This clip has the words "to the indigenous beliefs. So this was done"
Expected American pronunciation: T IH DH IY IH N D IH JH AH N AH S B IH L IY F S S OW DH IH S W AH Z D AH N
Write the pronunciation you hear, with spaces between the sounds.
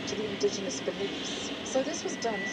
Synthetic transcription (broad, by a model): T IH DH IY IH N D IH JH AH N AH S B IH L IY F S S OW DH IH S W AH Z D AH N